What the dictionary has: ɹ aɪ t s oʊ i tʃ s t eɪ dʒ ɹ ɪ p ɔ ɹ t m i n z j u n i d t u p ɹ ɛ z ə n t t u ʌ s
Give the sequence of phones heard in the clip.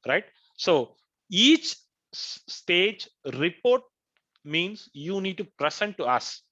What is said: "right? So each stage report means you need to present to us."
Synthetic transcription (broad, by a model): ɹ aɪ t s oʊ i tʃ s t eɪ dʒ ɹ ɪ p ɔ ɹ t m i n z j u n i d t u p ɹ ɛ s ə n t t u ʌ s